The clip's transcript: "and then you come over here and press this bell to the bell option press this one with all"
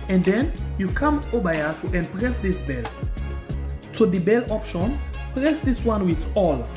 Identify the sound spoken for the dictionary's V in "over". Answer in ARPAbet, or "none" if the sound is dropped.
B